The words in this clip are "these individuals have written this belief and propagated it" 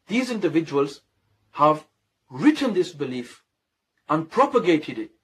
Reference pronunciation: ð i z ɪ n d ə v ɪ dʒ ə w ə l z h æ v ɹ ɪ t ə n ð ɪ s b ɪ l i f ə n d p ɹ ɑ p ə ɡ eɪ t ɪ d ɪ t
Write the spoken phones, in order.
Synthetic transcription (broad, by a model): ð i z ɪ n d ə v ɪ dʒ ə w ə l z h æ v ɹ ɪ t ə n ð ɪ s b ɪ l i f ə n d p ɹ ɑ p ə ɡ eɪ t ɪ d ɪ t